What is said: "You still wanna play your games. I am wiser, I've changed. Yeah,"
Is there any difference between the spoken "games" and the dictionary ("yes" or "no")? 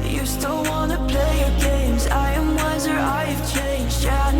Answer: no